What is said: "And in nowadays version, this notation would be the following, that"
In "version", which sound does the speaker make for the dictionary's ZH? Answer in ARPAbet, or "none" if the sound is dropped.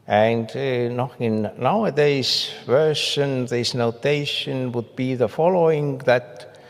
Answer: SH